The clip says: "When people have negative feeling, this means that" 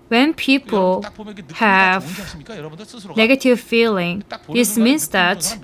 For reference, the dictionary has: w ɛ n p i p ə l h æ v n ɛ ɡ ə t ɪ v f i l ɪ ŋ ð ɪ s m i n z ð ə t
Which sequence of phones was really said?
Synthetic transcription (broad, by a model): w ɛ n p i p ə l h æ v n ɛ ɡ ə t ɪ v f i l ɪ ŋ ð ɪ s m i n s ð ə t